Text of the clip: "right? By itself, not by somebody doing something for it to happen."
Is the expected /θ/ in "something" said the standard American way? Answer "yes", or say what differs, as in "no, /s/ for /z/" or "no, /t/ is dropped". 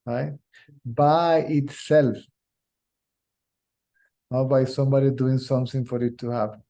no, /t/ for /θ/